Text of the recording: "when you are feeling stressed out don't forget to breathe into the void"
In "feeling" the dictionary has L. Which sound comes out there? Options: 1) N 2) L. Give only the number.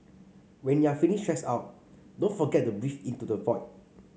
1